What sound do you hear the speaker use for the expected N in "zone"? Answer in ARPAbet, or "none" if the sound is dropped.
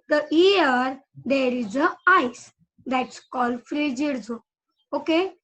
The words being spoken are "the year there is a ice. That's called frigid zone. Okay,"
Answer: none